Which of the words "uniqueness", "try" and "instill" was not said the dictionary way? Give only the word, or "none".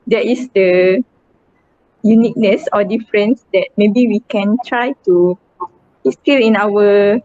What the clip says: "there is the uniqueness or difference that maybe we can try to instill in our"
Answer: instill